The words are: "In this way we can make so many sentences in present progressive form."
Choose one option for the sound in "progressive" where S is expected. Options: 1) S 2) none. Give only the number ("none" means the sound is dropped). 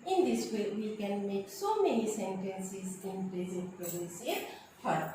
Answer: 2